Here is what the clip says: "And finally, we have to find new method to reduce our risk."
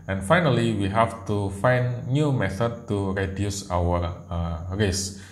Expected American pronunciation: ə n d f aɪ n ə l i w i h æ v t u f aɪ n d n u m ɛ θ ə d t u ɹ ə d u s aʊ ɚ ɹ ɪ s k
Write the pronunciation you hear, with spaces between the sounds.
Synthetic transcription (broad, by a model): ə n f aɪ n ə l i w i h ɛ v t u f aɪ n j u m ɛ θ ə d t u ɹ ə d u s aʊ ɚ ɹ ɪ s